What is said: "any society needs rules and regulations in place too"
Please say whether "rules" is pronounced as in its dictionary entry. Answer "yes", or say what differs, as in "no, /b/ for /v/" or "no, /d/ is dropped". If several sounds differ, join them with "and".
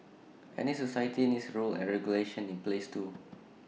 no, /z/ is dropped